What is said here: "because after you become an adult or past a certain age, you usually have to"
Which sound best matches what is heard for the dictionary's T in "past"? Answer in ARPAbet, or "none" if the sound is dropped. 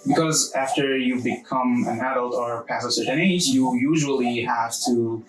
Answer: none